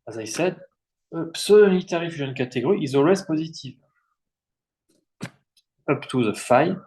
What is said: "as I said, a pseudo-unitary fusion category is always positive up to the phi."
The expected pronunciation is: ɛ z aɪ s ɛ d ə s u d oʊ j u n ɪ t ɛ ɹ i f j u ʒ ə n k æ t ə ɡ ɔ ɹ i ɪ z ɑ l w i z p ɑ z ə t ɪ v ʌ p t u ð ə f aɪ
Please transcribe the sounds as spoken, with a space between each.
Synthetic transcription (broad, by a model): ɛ z aɪ s ɛ d ə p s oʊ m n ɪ t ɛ ɹ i f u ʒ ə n k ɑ t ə ɡ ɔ ɹ i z ɑ l w i z p ɑ z ə t ɪ v ʌ p t u ð ə f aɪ